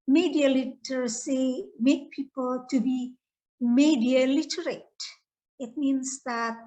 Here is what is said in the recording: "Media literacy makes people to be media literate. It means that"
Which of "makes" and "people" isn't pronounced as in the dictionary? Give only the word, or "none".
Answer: makes